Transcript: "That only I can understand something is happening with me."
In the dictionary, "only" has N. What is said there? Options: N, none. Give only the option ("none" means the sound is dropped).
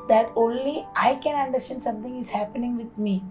N